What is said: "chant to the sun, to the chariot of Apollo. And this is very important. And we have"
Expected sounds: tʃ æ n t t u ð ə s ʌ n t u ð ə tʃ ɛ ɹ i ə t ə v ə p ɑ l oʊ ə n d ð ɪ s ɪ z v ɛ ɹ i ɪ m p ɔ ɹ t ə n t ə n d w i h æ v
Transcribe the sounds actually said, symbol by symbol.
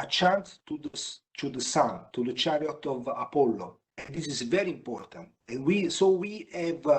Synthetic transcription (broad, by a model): tʃ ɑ n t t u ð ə s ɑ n t u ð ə tʃ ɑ ɹ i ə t ə v ə p ɑ l oʊ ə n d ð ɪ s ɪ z v ɛ ɹ i ɪ m p ɔ ɹ t ə n t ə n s w i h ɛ v